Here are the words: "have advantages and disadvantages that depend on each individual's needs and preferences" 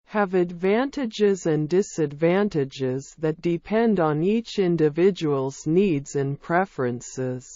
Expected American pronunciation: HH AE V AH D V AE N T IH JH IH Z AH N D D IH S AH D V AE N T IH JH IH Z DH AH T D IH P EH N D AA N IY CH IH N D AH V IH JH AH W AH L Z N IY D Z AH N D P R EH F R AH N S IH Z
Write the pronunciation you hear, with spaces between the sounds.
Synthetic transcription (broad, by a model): HH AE V AH D V AE N T IH JH IH Z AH N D D IH S AH D V AE N T IH JH IH Z DH AH T D IH P EH N D N IY CH IH N D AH V IH JH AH W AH L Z N IY D Z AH N P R EH F R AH N S IH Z